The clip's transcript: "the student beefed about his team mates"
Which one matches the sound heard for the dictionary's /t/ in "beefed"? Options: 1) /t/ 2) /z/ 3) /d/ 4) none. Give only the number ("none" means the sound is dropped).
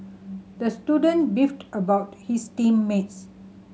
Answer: 1